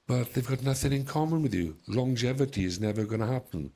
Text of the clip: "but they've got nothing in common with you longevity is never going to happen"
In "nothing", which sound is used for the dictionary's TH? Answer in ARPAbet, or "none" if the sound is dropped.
TH